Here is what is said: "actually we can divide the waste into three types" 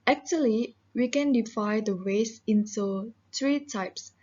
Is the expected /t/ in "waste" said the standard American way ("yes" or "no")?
no